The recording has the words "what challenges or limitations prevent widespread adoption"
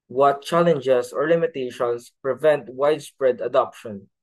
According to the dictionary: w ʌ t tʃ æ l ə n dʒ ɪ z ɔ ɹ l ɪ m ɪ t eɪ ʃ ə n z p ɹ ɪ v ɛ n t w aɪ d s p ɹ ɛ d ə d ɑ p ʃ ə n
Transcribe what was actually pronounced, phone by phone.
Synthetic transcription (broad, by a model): w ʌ t tʃ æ l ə n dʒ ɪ s ɔ ɹ l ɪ m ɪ t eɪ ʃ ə n s p ɹ ɪ v ɛ n t w aɪ d s p ɹ ɛ d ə d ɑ p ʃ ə n